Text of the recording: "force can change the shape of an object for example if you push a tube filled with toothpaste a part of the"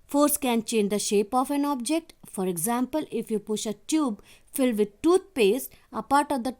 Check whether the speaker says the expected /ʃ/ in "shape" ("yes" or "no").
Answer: yes